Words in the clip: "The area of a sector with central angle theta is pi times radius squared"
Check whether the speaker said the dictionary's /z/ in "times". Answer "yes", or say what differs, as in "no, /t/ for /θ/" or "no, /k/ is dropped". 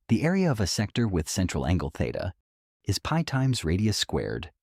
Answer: yes